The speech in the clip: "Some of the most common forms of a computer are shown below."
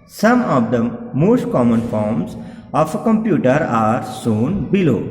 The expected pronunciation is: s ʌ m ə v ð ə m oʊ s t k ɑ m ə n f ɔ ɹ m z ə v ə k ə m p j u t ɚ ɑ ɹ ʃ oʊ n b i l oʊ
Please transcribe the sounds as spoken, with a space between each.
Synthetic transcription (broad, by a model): s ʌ m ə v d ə m oʊ s t k ɑ m ə n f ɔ ɹ m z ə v ə k ə m p j u t ɚ ɑ ɹ s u n b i l oʊ